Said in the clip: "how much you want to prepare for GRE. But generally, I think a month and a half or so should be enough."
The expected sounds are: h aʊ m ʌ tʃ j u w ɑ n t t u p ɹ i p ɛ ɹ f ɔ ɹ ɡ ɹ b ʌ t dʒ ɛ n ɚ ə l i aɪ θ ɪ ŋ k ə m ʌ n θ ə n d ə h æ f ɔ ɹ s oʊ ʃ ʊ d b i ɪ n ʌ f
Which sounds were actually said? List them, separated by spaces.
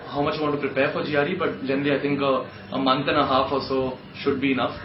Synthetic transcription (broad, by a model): h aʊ m ʌ tʃ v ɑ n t t u p ɹ i p ɛ ɹ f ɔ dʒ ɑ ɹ b ʌ t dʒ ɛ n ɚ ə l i aɪ t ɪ ŋ k ə m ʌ n t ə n ə h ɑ f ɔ l s oʊ ʃ ʊ d b i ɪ n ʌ f